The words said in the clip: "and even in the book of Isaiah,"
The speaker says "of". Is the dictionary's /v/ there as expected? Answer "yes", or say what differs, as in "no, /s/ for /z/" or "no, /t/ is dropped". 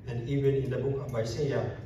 no, /b/ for /v/